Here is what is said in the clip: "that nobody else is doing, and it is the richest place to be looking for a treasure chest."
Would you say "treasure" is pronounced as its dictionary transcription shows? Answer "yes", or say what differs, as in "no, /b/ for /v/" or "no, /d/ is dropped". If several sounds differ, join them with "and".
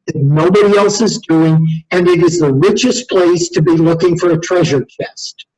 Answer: yes